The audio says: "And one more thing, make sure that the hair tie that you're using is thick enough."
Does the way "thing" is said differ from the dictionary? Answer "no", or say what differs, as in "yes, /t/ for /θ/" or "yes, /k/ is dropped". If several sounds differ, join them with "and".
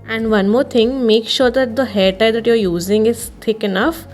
yes, /t/ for /θ/